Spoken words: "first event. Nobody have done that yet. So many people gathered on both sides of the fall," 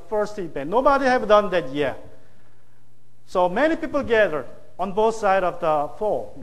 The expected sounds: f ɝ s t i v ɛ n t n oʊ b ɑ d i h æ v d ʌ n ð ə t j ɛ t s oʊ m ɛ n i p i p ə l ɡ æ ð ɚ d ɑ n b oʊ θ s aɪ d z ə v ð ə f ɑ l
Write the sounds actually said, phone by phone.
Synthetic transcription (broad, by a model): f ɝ s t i p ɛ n n oʊ b ɑ d i h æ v d ʌ n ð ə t j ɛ s oʊ m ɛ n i p i p ə l ɡ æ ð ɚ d ɑ n b oʊ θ s aɪ d ə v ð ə f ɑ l